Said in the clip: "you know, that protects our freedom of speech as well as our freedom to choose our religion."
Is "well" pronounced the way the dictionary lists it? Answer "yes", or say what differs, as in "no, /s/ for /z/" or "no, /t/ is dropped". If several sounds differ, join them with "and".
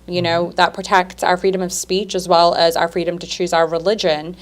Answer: yes